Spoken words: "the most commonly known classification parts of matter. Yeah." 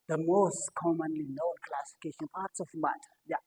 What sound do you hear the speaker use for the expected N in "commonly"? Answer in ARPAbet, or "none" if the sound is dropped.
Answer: N